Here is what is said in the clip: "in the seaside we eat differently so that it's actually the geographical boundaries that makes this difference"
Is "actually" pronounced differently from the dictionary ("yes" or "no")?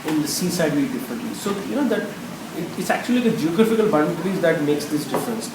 no